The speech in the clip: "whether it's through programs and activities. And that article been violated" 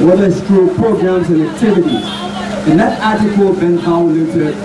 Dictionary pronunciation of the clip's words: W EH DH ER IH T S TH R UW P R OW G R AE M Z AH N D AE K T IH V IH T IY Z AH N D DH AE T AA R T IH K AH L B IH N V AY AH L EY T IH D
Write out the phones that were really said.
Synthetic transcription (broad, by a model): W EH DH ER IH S T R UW P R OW G R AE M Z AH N AE K T IH V IH T IY Z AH N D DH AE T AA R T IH K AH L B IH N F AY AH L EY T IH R